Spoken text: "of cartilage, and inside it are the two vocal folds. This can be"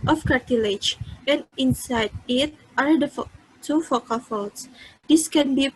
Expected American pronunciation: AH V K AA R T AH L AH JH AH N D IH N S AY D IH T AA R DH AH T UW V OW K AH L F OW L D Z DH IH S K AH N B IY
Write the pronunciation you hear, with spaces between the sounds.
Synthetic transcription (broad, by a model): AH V K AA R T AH L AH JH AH N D IH N S AY D IH T AA R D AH T UW F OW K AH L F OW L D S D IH S K AH N B IY